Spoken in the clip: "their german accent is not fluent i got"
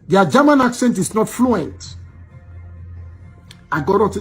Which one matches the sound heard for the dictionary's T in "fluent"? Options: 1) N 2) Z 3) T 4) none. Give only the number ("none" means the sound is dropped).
3